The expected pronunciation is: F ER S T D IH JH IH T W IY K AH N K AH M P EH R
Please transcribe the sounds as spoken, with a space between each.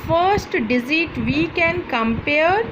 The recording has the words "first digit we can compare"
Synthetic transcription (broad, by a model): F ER S T D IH Z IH T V IY K AH N K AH M P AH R